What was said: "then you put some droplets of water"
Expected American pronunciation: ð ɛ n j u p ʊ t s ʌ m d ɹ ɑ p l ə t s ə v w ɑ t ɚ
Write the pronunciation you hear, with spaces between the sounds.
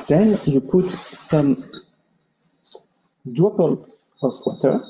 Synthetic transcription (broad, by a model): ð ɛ n j u p ʊ t s ʌ m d u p ə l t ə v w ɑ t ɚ